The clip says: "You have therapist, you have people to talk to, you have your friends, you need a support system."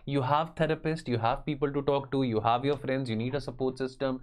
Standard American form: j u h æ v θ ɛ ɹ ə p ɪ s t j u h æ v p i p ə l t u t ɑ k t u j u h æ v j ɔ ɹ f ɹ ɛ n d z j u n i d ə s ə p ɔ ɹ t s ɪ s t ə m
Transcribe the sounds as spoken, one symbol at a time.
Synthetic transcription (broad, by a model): j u h æ v t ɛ ɹ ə p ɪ s t j u h æ v p i p ə l t u t ɑ k t u j u h æ v j ɔ ɹ f ɹ ɛ n d z j u n i d ə s ə p ɔ ɹ t s ɪ s t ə m